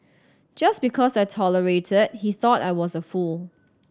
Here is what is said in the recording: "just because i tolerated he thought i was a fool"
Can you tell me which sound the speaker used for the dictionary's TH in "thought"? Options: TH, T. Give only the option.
TH